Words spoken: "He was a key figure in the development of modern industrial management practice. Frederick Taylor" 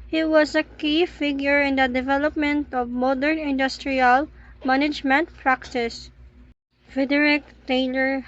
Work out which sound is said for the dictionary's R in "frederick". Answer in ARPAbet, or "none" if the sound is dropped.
none